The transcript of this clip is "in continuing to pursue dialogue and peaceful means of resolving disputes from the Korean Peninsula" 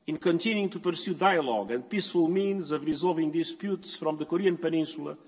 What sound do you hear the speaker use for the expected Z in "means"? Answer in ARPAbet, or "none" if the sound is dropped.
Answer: Z